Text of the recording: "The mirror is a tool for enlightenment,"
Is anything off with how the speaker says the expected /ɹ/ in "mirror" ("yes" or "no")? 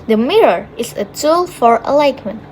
no